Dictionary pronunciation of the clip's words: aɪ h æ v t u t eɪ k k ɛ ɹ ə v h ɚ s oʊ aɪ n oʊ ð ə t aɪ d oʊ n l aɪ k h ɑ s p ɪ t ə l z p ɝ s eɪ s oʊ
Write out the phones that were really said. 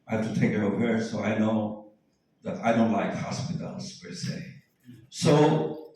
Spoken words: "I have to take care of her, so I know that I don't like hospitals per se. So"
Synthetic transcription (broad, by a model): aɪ h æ f t u t eɪ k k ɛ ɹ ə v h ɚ s oʊ aɪ n oʊ ð ə t aɪ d oʊ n l aɪ k h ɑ s p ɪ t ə l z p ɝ s eɪ s oʊ